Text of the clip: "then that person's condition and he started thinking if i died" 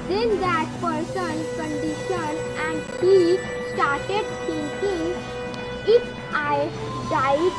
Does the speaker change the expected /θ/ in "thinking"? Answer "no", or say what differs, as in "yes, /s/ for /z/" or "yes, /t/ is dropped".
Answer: yes, /s/ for /θ/